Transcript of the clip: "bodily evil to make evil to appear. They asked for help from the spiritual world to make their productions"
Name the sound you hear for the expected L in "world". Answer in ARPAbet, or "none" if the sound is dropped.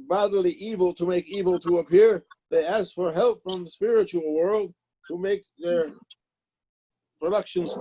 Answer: L